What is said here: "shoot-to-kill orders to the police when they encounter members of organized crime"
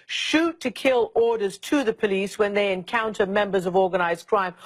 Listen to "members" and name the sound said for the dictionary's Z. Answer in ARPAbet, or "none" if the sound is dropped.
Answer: Z